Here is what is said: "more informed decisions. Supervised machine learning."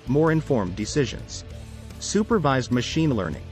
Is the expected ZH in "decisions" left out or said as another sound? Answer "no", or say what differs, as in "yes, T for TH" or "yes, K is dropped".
no